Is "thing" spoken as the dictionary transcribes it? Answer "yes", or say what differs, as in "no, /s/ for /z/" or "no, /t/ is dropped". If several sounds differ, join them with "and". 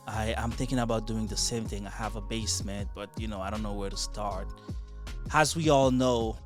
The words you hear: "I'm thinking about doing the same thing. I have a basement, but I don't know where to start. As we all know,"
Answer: yes